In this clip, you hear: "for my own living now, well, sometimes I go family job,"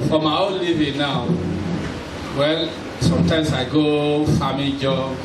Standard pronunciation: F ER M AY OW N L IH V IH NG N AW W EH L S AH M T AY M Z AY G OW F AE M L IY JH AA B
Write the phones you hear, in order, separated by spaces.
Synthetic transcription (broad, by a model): F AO M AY OW N L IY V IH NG N AW W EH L S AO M T AY M S AY G OW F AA M IY JH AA